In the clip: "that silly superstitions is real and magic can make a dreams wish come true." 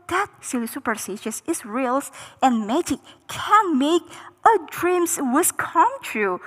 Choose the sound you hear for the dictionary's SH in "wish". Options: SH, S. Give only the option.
S